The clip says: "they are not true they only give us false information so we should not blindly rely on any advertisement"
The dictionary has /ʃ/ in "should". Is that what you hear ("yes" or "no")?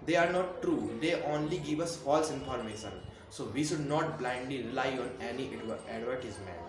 yes